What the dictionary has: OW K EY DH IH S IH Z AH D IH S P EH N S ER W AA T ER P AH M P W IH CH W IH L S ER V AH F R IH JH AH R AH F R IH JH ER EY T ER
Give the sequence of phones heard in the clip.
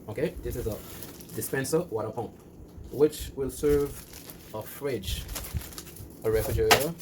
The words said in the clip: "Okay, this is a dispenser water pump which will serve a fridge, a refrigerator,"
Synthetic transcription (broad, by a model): OW K EY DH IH S IH Z AH D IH S P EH N S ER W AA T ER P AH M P W IH CH W IH L S ER V AH F R IH JH AH R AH F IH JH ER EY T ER